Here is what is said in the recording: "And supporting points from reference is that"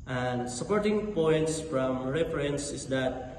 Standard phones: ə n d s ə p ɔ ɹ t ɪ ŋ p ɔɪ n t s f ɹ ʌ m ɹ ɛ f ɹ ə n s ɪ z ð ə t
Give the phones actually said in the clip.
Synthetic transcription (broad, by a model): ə n d s ə p ɔ ɹ t ɪ ŋ p ɔɪ n t s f ɹ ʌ m ɹ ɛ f ɹ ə n s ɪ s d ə t